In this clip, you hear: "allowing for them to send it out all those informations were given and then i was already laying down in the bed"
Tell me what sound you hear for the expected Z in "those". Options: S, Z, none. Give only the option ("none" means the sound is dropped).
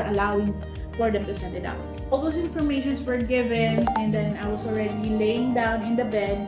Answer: S